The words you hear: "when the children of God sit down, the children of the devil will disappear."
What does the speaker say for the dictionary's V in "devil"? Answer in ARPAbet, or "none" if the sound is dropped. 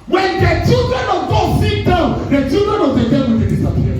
W